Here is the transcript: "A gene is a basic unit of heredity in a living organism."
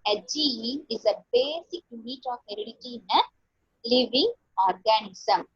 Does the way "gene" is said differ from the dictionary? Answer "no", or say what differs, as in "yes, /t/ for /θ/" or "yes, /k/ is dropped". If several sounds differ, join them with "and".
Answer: yes, /n/ is dropped